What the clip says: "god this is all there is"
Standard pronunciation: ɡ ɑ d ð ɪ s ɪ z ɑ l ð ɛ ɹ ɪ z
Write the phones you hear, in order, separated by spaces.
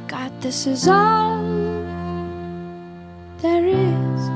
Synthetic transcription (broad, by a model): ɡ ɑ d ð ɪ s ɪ z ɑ n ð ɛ ɹ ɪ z